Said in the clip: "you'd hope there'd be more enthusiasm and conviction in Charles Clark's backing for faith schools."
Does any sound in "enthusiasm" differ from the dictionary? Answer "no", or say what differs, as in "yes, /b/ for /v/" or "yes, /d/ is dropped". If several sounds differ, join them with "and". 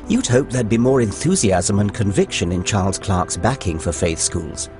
no